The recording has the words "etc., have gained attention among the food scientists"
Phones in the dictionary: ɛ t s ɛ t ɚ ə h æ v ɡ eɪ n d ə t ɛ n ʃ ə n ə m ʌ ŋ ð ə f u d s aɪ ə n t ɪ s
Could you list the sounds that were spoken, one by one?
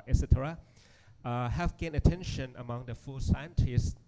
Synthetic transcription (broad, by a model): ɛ s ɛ t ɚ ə h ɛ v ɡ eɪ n ə t ɛ n ʃ ə n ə m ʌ ŋ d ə f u s aɪ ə n t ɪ s